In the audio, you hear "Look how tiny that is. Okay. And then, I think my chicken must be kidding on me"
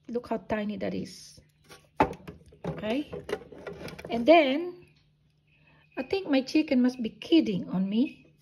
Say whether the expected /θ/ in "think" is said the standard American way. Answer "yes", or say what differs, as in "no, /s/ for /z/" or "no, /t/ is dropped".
no, /t/ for /θ/